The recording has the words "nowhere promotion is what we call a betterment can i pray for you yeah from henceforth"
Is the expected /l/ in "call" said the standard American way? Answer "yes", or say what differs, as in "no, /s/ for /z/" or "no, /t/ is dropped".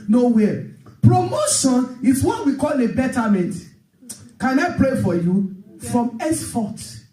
yes